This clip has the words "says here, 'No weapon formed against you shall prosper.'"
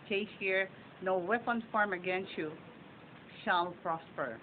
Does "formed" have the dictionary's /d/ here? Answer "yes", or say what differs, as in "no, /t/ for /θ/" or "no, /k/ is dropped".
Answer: no, /d/ is dropped